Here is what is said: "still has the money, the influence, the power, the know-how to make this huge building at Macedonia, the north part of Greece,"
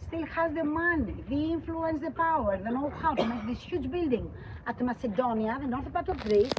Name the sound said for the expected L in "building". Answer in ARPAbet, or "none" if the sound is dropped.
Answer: L